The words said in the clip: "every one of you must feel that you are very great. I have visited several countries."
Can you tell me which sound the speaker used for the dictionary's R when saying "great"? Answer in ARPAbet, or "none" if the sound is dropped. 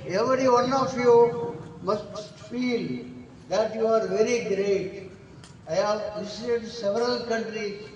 R